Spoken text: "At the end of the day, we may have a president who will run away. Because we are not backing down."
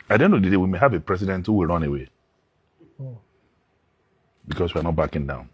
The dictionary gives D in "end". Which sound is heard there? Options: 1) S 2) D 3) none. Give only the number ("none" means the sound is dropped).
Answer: 3